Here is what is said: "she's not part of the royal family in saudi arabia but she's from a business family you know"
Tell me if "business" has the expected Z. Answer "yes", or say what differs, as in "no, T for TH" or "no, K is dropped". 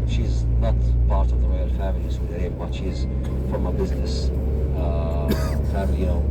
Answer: yes